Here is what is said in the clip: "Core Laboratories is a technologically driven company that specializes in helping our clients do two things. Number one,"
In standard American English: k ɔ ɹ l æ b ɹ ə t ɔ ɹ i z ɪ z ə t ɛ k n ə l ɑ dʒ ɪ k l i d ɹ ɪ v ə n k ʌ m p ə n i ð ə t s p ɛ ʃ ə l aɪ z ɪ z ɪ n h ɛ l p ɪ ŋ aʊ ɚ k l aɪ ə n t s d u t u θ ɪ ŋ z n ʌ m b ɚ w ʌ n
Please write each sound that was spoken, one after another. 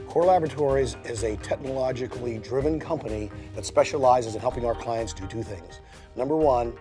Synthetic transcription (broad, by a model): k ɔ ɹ l æ b ɹ ə t ɔ ɹ i z ɪ z ə t ɛ k n ə l ɑ dʒ ɪ k l i d ɹ ɪ v ə n k ʌ m p ə n i ð ə t s p ɛ ʃ ə l aɪ z ɪ z ɪ n h ɛ l p ɪ ŋ aʊ ɚ k l aɪ ə n t s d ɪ t u θ ɪ ŋ z n ʌ m b ɚ w ʌ n